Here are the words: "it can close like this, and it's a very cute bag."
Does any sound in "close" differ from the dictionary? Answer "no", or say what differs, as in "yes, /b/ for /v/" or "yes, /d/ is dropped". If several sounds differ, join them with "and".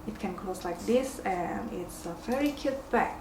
yes, /l/ is dropped